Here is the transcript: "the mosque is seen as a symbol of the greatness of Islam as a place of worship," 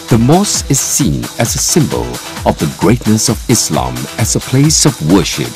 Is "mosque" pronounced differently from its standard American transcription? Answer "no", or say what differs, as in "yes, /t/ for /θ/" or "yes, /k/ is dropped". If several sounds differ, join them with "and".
yes, /k/ is dropped